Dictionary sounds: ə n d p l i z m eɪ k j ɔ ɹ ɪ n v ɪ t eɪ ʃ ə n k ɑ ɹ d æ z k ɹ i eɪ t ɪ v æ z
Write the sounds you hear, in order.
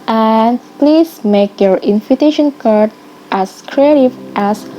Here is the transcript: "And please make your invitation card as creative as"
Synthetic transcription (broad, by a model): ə n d p l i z m eɪ k j ɔ ɹ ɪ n f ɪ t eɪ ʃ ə n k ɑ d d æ s k ɹ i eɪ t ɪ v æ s